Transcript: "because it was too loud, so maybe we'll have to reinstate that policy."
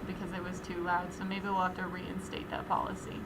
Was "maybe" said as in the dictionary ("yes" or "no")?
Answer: no